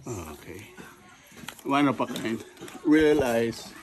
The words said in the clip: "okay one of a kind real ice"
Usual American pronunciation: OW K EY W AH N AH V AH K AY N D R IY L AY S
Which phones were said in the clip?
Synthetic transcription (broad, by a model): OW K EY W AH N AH P AH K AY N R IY L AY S